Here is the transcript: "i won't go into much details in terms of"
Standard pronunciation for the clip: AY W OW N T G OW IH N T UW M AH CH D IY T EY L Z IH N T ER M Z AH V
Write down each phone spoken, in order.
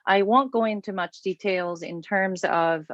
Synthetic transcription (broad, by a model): AY W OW N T G OW IH N T UW M AH CH D IY T EY L Z IH N T ER M Z AH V